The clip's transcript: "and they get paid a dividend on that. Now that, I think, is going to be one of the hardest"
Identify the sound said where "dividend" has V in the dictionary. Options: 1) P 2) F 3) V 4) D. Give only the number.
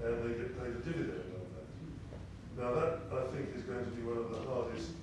3